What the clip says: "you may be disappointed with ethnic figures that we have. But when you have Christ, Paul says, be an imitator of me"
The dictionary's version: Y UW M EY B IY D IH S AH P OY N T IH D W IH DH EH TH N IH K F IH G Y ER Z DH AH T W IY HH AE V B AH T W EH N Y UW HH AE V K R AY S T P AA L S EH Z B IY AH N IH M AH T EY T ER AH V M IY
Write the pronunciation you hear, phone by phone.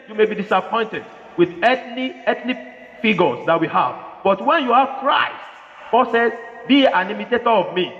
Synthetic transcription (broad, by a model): Y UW M EY B IY D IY S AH P OY N T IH D W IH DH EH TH L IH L F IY G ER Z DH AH T W IY HH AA V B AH T W EH N Y UW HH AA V K R AY S T B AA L S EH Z B IY AH N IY M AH T EY T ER AH V M IY